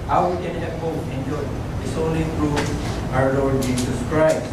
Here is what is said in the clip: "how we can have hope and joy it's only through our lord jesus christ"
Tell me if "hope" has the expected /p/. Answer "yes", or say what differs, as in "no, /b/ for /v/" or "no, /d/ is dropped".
no, /p/ is dropped